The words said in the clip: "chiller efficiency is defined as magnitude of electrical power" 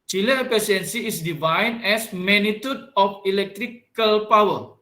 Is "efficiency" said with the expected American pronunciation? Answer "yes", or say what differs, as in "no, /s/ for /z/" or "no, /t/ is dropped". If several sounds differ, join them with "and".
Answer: no, /ʃ/ is dropped